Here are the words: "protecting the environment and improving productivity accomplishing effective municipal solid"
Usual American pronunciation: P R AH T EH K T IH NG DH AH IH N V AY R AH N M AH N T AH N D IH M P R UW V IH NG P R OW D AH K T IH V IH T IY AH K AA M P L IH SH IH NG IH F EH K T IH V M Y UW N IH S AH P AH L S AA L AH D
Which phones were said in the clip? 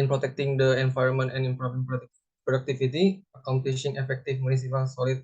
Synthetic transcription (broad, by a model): P R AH T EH K T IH NG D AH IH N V AY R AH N M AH N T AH N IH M P R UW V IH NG P R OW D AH K T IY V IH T IY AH K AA M P L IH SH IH NG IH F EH K T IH F M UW N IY S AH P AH L S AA L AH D